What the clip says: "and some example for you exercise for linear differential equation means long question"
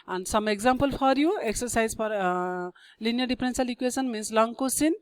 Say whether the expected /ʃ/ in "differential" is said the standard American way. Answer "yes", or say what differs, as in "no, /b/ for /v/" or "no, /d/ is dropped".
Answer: no, /s/ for /ʃ/